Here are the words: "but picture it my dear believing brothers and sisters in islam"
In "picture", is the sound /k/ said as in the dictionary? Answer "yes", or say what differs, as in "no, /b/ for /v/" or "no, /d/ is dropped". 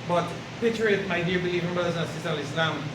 no, /k/ is dropped